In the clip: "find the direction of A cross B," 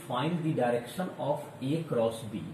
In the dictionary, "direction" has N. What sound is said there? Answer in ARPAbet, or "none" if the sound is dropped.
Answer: N